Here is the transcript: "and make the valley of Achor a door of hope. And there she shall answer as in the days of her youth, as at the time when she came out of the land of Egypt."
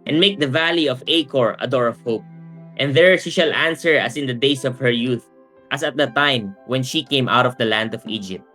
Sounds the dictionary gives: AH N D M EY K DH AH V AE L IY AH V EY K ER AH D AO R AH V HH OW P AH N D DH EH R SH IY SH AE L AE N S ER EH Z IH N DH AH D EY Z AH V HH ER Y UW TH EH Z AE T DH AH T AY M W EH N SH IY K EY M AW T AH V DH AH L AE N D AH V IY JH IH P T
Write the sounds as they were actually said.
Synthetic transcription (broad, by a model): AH N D M EY K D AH V AE L IY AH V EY K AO AH D AO R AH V HH OW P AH N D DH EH R SH IY SH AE L AE N S ER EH S IH N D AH D EY S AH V HH ER Y UW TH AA S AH T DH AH T AY M W EH N SH IY K EY M AW T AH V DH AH L AE N D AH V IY JH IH P T